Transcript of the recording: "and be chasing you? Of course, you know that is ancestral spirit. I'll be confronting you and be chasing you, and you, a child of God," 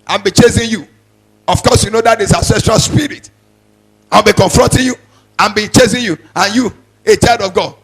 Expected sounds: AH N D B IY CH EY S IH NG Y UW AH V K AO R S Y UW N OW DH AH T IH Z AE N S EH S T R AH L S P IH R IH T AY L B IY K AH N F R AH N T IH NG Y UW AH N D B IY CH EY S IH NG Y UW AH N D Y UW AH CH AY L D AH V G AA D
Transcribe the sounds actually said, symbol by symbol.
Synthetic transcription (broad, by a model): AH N B IY CH EY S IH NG Y UW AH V K AO S Y UW N OW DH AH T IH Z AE S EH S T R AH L S P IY R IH T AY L B IY K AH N F R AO N T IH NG Y UW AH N B IY CH EY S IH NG Y UW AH N Y UW AH CH AY L D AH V G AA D